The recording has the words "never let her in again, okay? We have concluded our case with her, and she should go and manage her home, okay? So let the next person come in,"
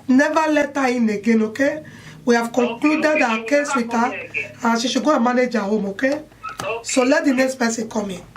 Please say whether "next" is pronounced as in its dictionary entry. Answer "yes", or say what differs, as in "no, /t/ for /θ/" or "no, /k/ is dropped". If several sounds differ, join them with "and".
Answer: no, /k/ is dropped